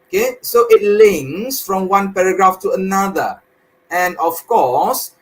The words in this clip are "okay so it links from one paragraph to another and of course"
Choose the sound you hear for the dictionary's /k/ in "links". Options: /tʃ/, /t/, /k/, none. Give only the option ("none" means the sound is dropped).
none